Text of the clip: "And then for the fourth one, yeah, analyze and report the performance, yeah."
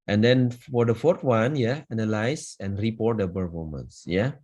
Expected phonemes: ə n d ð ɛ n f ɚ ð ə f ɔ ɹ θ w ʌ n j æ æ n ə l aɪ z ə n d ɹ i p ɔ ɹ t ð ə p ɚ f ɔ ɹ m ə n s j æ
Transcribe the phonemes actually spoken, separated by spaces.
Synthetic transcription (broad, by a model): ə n d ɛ n f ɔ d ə f ɔ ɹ t w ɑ n j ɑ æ n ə l aɪ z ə n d ɹ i p ɔ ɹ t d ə b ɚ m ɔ m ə n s j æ